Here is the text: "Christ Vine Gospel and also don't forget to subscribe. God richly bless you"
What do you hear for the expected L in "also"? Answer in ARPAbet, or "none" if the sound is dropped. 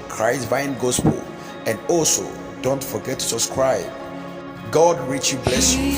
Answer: L